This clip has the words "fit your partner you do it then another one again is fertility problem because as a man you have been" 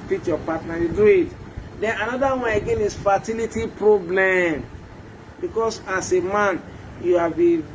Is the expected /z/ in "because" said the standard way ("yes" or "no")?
no